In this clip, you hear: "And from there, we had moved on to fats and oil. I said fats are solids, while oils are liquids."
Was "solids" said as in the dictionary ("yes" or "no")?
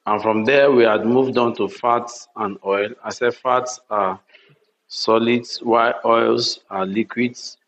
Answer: no